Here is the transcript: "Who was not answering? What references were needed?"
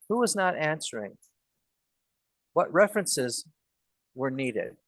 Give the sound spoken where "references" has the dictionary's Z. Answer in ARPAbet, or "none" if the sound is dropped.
Z